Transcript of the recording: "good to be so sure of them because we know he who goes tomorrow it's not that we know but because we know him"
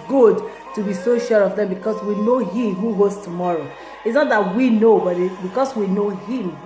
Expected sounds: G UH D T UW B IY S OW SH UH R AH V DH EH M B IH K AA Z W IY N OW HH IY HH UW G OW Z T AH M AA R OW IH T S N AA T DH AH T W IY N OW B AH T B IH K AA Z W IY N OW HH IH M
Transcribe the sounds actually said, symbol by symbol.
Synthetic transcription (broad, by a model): G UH D T UW B IY S OW SH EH R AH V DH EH M B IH K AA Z W IY N OW HH IY HH UW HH OW S T AH M AA R OW IH T S N AA T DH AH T W IY N OW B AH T B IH K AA S W IY N OW HH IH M